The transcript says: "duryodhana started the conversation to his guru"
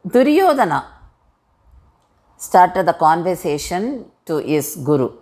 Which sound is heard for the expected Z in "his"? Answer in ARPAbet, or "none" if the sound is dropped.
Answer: S